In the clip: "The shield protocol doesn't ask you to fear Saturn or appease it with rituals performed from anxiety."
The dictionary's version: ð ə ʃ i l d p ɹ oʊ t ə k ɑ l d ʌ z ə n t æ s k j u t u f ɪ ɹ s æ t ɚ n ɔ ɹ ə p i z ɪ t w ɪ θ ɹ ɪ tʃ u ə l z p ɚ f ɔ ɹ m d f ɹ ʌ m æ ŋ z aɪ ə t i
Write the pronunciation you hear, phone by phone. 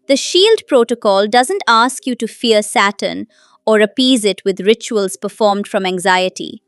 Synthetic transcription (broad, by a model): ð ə ʃ i l d p ɹ oʊ t ə k ɑ l d ʌ z ə n t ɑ s k j u t u f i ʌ s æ t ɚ n ɔ ɹ ə p i z ɪ t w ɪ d ɹ ɪ tʃ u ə l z p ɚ f ɔ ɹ m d f ɹ ʌ m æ ŋ z aɪ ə t i